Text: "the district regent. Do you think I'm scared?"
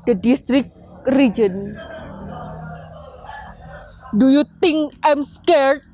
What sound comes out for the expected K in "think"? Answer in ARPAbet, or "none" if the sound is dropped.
none